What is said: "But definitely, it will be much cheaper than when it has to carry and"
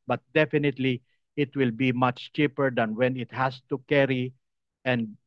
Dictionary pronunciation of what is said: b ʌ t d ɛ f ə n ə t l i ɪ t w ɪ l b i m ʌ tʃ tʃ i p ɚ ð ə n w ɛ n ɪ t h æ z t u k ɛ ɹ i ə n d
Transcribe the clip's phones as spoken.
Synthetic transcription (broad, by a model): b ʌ t d ɛ f ə n ə t l i ɪ t w ɪ l b i m ʌ tʃ tʃ i p ɚ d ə n w ɛ n ɪ t h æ s t u k ɛ ɹ i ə n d